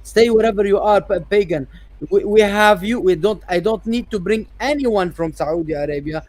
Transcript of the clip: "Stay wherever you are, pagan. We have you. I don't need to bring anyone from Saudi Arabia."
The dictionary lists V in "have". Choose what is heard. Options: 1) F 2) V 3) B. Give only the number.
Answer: 2